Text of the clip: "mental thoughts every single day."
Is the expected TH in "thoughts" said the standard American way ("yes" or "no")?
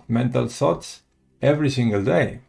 no